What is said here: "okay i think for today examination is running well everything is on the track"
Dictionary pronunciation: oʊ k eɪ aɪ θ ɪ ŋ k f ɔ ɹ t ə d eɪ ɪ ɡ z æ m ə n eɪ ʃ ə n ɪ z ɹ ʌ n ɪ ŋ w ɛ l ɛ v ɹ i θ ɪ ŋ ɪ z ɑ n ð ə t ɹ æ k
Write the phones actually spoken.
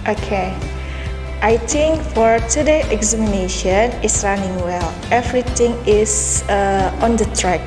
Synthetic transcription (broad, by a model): oʊ k eɪ aɪ t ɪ ŋ k f ɔ ɹ t ə d eɪ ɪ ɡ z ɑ m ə n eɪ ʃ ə n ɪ s ɹ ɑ n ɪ ŋ w ɛ l ɛ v ɹ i t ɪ ŋ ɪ s ɑ n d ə t ɹ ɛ k